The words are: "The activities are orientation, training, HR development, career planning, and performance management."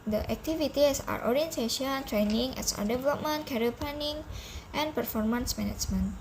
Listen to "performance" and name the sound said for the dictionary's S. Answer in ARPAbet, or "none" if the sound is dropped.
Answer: S